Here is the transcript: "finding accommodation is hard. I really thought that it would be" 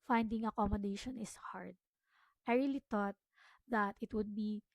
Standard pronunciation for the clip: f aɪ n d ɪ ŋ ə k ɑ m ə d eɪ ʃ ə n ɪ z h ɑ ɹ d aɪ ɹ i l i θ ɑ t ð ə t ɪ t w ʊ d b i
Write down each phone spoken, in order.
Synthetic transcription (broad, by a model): f aɪ n d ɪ ŋ ə k ɑ m ə d eɪ ʃ ə n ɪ s h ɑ ɹ d aɪ ɹ i l i t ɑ t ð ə t ɪ t w ʊ d b i